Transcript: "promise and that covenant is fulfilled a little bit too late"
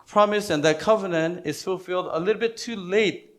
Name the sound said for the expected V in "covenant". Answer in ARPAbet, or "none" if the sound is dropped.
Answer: V